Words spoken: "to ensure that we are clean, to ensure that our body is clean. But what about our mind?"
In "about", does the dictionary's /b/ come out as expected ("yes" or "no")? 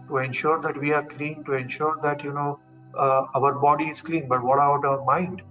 no